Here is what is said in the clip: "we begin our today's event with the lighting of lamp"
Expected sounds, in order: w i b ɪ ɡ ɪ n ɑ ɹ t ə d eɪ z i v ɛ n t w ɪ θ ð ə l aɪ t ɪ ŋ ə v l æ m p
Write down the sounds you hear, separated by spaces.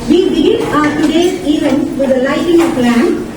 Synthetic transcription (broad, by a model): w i b ɪ ɡ ɪ n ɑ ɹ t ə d eɪ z i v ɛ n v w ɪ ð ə l aɪ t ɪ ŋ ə p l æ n